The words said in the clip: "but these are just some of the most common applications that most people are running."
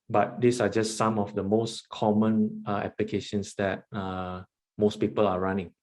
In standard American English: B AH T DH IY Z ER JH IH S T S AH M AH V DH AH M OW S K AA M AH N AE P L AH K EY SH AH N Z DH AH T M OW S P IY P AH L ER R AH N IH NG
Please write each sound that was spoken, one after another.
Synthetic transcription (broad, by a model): B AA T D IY S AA JH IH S S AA M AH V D AH M OW S K AA M AH N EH P L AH K EY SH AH N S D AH T M OW S P IY P AH L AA R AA N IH NG